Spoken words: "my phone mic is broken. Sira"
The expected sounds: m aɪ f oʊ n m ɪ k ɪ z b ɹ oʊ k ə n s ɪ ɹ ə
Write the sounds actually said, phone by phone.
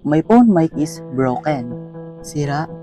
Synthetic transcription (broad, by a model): m aɪ p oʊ n m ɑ k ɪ s b ɹ oʊ k ə n s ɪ ɹ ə